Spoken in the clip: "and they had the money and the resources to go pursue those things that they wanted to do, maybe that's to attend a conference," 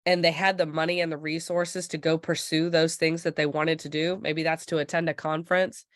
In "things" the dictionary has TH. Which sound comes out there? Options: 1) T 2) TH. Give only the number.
2